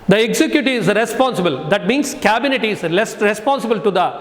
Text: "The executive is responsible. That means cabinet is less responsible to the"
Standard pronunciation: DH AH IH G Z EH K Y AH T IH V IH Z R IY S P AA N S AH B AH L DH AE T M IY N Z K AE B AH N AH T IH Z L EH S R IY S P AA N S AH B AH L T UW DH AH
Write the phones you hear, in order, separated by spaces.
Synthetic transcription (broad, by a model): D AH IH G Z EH K Y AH T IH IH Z R IY S P AA N S AH B AH L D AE T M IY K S K AE B AH N AH T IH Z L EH S R IY S P AA N S AH B AH L T UW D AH